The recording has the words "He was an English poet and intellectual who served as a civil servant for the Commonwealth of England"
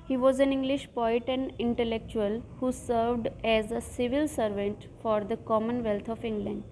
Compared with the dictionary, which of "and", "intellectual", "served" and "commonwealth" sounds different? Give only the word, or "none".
commonwealth